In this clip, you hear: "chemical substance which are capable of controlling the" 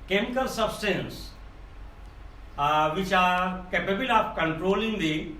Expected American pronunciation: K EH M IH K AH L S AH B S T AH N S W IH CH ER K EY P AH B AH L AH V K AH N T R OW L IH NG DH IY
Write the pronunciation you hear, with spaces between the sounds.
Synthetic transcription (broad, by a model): K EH M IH K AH L S AH B S T AH N S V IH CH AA K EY P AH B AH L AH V K AH N T R OW L IH NG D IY